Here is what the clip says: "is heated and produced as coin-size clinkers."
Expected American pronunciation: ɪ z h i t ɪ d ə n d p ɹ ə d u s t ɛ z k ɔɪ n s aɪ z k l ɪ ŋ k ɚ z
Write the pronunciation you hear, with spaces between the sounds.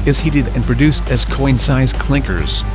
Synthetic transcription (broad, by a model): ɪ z h i t ɪ d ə n p ɹ ə d u s t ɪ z k ɔɪ n s aɪ z k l ɪ ŋ k ɚ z